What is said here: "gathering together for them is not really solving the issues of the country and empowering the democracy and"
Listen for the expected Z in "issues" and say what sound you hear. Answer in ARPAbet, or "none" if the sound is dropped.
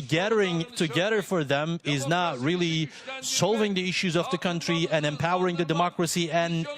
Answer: Z